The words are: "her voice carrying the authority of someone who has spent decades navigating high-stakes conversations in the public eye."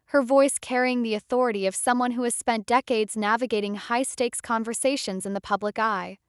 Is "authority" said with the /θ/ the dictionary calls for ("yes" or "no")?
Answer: yes